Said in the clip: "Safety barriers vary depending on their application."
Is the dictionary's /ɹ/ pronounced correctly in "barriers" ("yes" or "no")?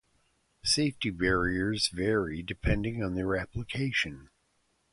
yes